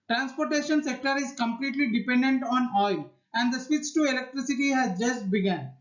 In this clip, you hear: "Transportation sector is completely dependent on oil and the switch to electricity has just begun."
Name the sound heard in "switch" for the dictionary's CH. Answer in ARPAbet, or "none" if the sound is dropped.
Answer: S